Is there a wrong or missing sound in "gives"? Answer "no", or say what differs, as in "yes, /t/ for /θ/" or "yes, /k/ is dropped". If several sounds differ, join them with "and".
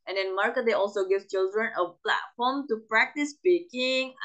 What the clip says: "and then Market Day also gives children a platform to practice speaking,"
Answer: yes, /z/ is dropped